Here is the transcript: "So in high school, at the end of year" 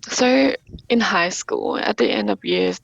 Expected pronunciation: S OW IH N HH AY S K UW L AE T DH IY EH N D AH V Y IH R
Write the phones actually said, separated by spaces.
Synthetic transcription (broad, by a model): S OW IH N HH AY S K UW L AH T DH IY EH N D AH V Y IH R